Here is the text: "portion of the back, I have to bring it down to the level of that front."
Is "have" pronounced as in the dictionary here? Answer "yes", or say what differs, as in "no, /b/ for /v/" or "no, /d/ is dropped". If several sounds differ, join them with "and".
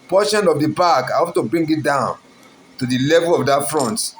no, /p/ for /v/